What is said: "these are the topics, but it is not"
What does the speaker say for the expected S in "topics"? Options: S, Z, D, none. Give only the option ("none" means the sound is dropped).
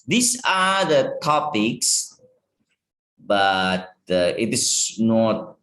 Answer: S